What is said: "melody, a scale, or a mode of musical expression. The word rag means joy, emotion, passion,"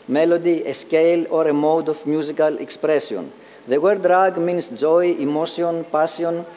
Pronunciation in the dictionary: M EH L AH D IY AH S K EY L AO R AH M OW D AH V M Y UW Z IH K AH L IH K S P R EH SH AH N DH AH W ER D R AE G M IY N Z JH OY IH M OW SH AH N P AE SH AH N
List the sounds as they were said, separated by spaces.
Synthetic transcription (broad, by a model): M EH L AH D IY AH S K EY L AO R AH M OW D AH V M Y UW Z IH K AH L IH K S P R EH S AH N DH AH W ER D R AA G M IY N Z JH OY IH M OW S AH N P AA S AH N